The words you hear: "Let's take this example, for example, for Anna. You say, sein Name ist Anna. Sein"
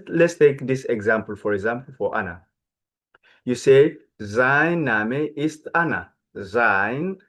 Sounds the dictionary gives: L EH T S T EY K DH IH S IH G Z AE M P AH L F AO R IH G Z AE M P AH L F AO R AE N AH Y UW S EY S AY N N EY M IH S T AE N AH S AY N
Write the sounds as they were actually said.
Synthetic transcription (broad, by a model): L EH T S T EY K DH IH S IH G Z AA M P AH L F AO R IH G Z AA M P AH L F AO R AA N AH Y UW S EY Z AY N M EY IH S T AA N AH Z AY N